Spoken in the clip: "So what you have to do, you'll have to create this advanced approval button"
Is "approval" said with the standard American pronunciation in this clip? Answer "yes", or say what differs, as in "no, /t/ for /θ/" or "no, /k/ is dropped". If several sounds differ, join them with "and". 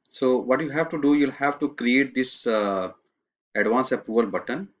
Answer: no, /ɹ/ is dropped and /v/ is dropped